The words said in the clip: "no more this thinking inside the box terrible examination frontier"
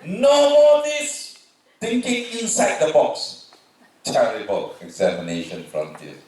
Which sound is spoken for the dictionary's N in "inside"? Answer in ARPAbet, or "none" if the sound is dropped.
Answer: N